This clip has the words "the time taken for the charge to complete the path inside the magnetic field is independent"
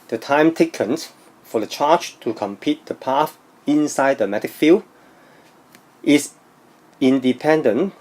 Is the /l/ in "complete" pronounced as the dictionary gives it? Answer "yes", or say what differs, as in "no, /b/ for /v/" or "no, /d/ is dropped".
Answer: no, /l/ is dropped